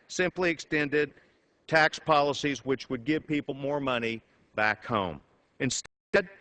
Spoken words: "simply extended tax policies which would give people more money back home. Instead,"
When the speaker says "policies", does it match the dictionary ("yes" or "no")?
yes